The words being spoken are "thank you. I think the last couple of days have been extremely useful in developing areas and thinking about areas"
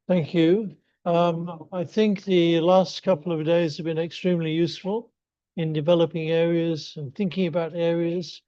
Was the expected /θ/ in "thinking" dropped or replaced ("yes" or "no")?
no